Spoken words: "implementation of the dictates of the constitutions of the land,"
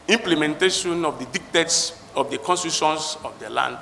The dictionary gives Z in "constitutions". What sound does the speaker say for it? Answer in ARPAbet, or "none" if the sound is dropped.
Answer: S